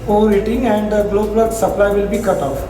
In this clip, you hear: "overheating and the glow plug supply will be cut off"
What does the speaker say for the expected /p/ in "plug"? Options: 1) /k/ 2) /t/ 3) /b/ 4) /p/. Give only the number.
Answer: 3